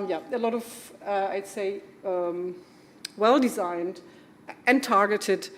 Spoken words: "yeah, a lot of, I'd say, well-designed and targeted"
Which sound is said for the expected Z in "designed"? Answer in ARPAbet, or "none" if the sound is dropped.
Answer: Z